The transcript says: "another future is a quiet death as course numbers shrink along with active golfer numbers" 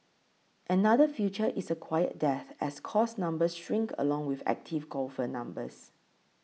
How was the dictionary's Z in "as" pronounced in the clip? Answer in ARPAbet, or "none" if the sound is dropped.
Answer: S